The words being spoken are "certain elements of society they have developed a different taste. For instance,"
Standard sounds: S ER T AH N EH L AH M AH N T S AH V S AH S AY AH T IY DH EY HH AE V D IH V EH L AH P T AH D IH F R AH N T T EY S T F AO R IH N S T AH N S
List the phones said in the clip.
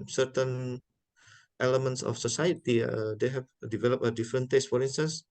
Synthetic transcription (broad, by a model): S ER T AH N EH L AH M AH N T S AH F S AH S AY AH T IY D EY HH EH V D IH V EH L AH P AH D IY F R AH N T T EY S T F AO R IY N S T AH N S